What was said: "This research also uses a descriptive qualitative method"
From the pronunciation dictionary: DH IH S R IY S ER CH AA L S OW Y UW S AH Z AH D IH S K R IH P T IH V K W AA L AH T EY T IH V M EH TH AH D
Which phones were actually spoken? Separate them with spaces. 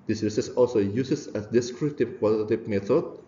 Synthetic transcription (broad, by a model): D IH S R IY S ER S AA L S OW Y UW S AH S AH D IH S K R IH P T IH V K W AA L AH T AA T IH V M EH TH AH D